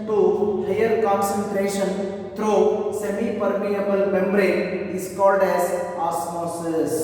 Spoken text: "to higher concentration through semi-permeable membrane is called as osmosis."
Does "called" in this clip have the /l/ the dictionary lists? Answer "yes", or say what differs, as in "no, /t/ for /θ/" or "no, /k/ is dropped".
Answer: yes